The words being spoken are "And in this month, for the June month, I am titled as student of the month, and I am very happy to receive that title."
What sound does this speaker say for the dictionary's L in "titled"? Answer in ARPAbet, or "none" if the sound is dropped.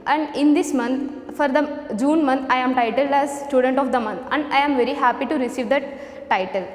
L